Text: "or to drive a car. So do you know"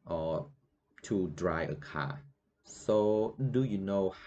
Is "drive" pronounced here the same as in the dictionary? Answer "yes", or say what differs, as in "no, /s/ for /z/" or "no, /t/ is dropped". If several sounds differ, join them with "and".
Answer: no, /v/ is dropped